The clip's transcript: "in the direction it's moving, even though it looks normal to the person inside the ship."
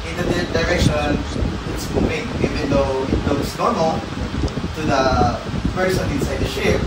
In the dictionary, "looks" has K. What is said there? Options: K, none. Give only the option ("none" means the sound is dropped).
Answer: none